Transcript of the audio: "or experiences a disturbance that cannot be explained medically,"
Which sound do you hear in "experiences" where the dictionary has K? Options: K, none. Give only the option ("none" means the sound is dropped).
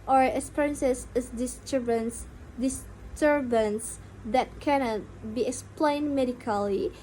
none